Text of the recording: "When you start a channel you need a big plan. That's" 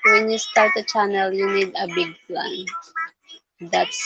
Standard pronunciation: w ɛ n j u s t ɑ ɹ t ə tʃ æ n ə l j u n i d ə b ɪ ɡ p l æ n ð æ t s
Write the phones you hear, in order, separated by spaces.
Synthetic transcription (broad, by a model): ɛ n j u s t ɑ l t ə tʃ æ n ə l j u n i d ə b ɪ ɡ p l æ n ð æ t s